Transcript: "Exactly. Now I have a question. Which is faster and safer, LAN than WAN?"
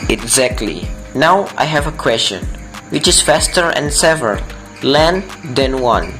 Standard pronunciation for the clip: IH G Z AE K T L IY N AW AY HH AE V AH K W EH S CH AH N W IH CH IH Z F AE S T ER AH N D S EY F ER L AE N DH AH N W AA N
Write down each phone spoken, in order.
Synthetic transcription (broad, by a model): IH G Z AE K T L IY N AW AY HH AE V AH K W EH S CH AH N W IH CH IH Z F AE S T ER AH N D S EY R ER L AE N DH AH N W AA N